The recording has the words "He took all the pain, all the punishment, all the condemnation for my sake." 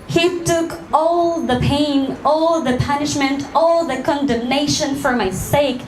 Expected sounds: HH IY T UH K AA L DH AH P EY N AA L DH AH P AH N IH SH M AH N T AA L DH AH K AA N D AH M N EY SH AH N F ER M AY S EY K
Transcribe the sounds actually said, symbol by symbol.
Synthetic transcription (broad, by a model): HH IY T UH K AA L DH AH P EY N AA L DH AH P AH N IH SH M AH N T AA L DH AH K AA N D AH M N EY SH AH N F ER M AY S EY K